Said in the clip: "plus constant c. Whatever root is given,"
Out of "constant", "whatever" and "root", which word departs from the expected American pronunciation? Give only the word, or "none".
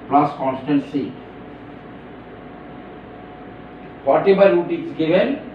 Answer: whatever